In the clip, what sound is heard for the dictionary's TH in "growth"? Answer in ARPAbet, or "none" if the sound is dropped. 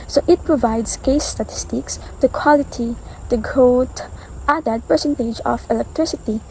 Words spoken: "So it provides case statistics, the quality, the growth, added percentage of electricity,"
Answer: T